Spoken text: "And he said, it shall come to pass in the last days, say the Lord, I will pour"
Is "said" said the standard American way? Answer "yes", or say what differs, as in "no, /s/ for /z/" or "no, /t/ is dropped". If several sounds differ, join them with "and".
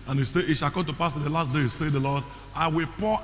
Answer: no, /d/ is dropped